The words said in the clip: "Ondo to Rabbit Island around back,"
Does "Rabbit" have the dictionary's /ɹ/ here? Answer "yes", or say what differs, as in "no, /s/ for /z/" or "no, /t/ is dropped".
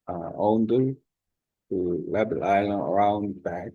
no, /l/ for /ɹ/